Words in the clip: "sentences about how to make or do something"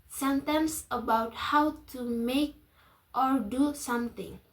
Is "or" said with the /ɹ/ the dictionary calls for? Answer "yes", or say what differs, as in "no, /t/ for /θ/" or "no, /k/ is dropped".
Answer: yes